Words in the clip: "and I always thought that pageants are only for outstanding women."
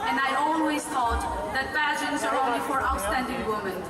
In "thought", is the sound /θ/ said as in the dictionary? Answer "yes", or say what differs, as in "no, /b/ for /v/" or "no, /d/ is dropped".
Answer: no, /t/ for /θ/